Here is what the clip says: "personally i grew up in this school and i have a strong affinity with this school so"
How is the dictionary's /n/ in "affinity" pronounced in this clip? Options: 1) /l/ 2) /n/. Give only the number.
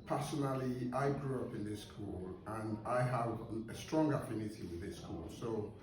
2